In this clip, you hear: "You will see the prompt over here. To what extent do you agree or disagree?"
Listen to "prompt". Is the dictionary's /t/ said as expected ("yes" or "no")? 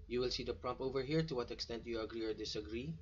no